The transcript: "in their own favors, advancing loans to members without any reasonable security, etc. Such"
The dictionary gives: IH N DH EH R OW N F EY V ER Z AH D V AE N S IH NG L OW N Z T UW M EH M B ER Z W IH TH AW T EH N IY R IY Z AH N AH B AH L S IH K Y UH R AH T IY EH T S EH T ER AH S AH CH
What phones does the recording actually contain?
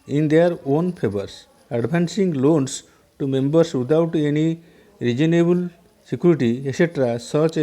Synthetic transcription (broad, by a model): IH N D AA R OW N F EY B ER S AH D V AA N S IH NG L OW N S T UW M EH M B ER S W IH T AW T EH N IY R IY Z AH N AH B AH L S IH K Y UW R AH T IY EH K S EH T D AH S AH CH